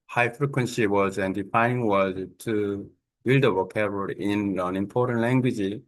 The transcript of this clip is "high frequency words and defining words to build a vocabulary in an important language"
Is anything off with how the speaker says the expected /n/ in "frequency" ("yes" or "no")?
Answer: no